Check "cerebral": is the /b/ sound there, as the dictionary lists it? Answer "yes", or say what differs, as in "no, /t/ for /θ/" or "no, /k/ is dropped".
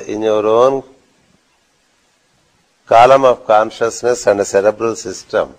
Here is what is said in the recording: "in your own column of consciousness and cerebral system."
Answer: yes